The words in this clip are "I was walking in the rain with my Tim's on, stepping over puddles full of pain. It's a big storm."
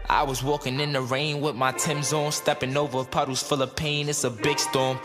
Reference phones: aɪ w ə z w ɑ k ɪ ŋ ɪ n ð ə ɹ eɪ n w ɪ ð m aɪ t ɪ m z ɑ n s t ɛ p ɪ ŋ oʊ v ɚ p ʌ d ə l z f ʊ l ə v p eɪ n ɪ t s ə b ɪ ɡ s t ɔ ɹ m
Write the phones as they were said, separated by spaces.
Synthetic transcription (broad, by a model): aɪ w ə z w ɑ k ɪ ŋ ɪ n ð ə ɹ eɪ n w ɪ ð m aɪ t ɪ m z ɑ n s t ɛ p ɪ ŋ oʊ v ɚ p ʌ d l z f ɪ l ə p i n ɪ t s ə b ɪ ɡ s t ɔ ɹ m